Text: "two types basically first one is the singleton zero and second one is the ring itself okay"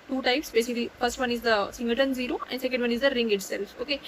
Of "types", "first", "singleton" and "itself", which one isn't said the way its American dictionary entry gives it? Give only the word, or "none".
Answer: singleton